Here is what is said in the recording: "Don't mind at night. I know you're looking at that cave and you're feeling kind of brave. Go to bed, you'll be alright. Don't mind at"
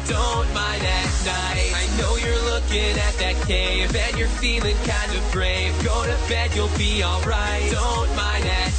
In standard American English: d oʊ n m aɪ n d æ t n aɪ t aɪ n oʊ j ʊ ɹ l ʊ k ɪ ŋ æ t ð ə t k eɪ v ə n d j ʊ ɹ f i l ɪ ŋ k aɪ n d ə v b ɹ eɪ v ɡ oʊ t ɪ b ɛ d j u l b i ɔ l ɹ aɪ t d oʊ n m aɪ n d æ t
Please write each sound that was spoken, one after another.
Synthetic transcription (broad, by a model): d oʊ n m aɪ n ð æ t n aɪ aɪ n oʊ j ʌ ɹ l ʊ k ɪ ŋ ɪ t ð ə t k eɪ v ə n j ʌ ɹ f i l ɪ ŋ k aɪ n d ə v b ɹ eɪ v ɡ oʊ t ɪ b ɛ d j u l b i ɔ l ɹ aɪ t d oʊ n m aɪ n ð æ t